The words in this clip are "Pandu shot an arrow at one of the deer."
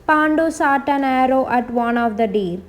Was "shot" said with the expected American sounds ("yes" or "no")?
no